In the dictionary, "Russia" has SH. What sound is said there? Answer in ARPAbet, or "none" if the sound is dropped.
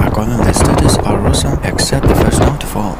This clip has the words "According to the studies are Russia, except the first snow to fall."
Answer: S